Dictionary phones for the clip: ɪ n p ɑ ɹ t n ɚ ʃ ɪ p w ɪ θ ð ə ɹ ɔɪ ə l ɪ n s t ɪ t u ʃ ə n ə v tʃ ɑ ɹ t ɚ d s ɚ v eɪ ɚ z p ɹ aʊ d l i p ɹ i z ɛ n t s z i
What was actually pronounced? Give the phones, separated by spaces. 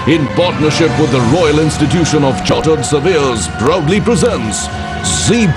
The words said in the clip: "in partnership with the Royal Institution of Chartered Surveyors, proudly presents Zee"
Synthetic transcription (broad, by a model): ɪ n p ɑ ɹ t n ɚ ʃ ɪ p w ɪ ð ə ɹ ɔɪ ə l ɪ n s t ɪ t u ʃ ə n ə v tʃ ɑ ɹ t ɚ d s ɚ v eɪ z b ɹ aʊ d l i p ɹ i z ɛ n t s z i